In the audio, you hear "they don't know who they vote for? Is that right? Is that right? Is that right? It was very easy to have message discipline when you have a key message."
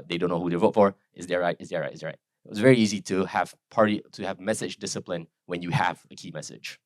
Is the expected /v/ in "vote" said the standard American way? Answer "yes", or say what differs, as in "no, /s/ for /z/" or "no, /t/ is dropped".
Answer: yes